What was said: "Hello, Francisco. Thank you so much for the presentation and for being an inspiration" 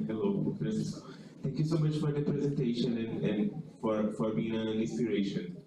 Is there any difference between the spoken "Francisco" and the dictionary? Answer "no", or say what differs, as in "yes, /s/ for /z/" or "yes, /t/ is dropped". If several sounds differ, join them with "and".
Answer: yes, /n/ is dropped